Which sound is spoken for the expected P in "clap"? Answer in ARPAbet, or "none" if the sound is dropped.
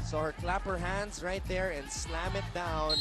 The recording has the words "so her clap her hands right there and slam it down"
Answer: P